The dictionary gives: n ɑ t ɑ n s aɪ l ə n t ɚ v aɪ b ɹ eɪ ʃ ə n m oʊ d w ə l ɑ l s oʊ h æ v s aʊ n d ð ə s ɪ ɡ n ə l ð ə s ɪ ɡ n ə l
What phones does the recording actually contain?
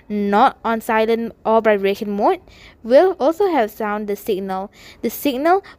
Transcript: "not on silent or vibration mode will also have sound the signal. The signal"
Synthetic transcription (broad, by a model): n ɑ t ɑ n s aɪ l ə n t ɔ b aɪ ɹ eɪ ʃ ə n m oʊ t w ə l ɑ l s oʊ h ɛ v s aʊ n d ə s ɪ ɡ n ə l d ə s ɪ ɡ n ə l